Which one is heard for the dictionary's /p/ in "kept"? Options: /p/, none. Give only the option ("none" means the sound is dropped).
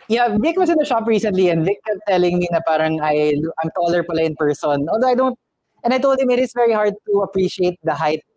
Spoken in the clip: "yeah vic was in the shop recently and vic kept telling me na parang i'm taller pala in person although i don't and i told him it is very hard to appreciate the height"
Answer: none